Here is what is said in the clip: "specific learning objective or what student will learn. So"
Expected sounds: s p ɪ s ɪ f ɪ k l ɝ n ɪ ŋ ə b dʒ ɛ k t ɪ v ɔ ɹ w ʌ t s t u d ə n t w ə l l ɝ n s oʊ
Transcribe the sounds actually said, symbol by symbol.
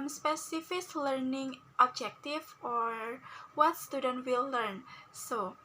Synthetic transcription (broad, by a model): s p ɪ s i f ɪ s l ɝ n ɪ ŋ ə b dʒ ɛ k t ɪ f ɔ ɹ w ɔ t s t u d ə n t w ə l l ɝ n s oʊ